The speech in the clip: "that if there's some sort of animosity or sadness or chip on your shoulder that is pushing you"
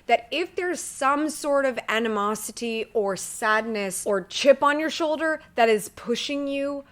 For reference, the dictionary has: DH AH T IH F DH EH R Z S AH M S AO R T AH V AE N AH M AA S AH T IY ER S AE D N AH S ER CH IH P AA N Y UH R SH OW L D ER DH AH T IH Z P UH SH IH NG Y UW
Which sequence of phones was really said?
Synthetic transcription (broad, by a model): DH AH T IH F DH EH R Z S AH M S AO R T AH V AE N AH M AA S AH T IY ER S AE D N AH S ER CH IH P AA N Y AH R SH OW L D ER DH AH T IH Z P UH SH IH NG Y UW